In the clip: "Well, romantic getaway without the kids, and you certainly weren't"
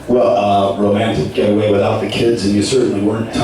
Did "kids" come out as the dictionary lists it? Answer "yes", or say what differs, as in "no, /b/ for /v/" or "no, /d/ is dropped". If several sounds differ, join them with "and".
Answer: yes